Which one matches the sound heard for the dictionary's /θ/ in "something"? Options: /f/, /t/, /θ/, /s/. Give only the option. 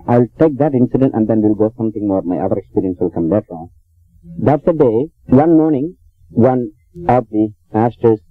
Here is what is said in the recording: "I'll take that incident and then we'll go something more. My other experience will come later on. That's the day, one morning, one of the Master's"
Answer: /t/